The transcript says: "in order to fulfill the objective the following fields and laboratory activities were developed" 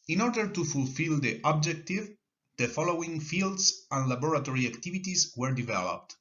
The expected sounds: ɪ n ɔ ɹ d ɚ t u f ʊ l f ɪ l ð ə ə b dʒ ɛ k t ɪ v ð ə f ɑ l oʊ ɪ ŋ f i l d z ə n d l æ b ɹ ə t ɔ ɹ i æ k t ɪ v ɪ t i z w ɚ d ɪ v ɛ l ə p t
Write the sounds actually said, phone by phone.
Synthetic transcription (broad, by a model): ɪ n ɔ ɹ d ɚ t u f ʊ l f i l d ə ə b dʒ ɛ k t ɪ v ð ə f ɑ l oʊ ɪ ŋ f i l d s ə n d l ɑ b ɹ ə t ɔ ɹ i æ k t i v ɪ t i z w ɚ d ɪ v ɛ l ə p t